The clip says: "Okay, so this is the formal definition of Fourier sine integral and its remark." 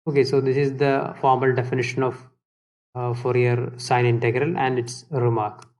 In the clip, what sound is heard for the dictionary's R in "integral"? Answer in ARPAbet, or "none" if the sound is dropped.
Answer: R